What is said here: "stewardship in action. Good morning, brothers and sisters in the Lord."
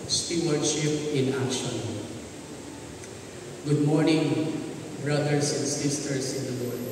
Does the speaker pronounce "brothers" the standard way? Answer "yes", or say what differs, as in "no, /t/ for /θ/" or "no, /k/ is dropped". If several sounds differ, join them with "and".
no, /s/ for /z/